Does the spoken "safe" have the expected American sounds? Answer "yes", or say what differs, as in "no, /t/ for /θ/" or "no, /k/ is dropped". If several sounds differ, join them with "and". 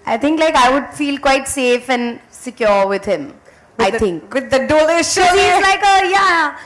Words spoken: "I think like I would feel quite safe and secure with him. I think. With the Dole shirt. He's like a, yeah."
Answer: yes